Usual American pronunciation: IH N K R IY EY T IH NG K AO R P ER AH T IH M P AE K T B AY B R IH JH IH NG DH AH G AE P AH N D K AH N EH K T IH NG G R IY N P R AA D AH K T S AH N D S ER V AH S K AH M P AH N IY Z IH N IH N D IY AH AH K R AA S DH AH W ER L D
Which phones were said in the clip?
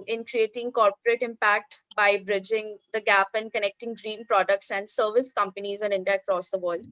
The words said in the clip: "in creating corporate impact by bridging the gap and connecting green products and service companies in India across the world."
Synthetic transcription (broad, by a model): IH N K R IY EY T IH NG K AO R P ER AH T IH M P AE K T B AY B R IH JH IH NG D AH G AE P AH N D K AH N EH K T IH NG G R IY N P R AA D AH K T S AH N D S ER V AH S K AH M P AH N IY Z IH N IH N D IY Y AH K R AA S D AH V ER L D